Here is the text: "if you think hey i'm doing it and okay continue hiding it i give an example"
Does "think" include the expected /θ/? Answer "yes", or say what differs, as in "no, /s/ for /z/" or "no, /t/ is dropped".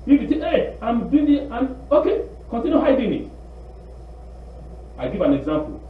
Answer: no, /t/ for /θ/